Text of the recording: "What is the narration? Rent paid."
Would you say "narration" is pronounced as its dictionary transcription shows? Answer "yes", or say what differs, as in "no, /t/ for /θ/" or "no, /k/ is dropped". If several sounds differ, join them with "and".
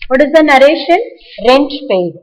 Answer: yes